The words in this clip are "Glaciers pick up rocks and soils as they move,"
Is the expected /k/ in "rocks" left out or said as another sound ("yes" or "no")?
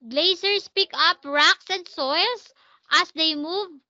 no